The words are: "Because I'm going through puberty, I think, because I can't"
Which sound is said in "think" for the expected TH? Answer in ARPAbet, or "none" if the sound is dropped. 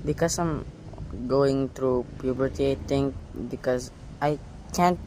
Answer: T